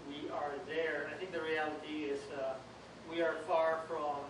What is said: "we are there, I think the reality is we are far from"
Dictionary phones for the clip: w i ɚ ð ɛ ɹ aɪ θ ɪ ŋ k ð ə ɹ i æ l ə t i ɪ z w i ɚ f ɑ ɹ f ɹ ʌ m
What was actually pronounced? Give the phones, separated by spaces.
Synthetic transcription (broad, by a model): w i ɚ ð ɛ ɹ aɪ θ ɪ ŋ k ð ə ɹ i æ l ə t i ɪ z w i ɚ f ɑ ɹ f ɹ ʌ m